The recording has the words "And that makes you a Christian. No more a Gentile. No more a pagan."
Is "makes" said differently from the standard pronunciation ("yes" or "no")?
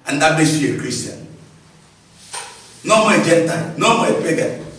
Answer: yes